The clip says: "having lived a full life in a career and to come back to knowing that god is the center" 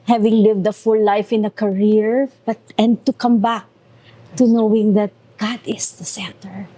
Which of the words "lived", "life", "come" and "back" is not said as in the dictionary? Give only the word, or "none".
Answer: none